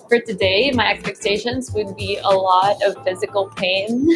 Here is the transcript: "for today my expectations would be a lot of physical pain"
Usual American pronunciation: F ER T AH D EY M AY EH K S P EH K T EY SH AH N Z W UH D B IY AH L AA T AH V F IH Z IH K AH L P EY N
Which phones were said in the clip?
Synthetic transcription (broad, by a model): F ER T AH D EY M AY EH K S P EH K T EY SH AH N Z W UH D B IY AH L AA T AH V F IH Z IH K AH L P EY N